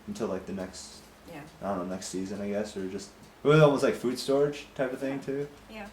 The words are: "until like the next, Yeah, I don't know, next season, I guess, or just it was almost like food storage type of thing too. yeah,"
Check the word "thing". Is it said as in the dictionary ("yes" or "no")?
yes